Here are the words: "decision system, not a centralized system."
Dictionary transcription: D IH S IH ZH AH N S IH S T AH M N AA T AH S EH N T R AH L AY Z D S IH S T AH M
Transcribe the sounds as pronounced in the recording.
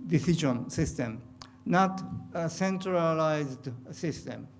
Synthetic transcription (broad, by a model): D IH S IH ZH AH N S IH S T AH M N AA T AH S EH N T R AH L AY Z D S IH S T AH M